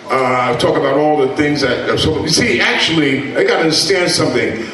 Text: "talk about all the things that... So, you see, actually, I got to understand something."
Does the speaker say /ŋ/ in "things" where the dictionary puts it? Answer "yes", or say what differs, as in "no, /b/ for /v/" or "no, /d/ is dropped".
yes